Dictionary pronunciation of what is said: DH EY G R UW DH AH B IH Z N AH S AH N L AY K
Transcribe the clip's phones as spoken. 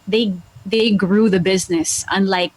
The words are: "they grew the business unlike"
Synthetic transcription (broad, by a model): DH EY G R UW DH AH B IH Z N AH S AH N L AY K